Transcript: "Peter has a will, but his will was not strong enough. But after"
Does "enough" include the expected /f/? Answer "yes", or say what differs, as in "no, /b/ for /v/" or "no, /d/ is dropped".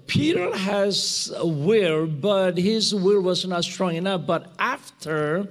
no, /p/ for /f/